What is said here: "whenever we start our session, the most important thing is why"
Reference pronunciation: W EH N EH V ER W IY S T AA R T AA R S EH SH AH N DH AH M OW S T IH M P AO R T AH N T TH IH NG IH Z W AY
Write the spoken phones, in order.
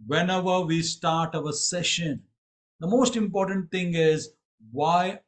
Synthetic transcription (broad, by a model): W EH N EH V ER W IY S T AA R T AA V S EH SH AH N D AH M OW S T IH M P AO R T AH N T T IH NG IH Z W AY